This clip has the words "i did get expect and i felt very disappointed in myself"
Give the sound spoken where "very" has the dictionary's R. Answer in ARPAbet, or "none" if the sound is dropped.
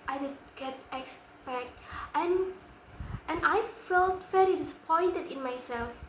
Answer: L